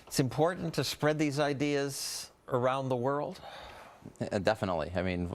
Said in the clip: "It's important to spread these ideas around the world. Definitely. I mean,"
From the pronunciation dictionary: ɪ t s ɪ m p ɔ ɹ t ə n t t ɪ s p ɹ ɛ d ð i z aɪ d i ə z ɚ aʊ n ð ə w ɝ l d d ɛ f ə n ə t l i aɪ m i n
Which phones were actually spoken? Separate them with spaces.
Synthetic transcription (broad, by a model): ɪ t s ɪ m p ɔ ɹ t n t t ɪ s p ɹ ɛ d ð i z aɪ d i ə z ɚ aʊ n ð ə w ɝ l d d ɛ f ə n ə t l i aɪ m i n